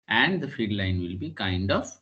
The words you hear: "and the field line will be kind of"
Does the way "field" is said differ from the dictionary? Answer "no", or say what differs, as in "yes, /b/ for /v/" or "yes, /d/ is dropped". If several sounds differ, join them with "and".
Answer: yes, /l/ is dropped